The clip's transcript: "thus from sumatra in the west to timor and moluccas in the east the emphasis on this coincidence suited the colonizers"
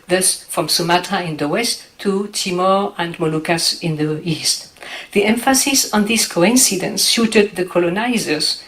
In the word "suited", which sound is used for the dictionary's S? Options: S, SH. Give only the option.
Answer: SH